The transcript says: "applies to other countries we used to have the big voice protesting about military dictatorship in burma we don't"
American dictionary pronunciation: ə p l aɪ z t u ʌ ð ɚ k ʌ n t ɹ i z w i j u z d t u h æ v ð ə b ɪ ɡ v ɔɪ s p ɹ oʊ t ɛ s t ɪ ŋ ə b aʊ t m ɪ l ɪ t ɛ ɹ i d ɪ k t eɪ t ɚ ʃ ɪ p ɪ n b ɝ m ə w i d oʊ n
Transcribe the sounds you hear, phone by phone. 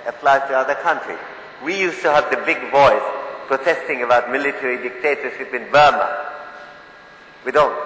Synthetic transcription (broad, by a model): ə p l aɪ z t u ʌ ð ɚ k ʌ n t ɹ i w i j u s t u h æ v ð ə b ɪ ɡ v ɔɪ s p ɹ oʊ t ɛ s t ɪ ŋ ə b aʊ t m ɪ l ɪ t ɛ ɹ i d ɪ k t eɪ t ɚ ʃ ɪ p ɪ n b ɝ m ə w i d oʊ n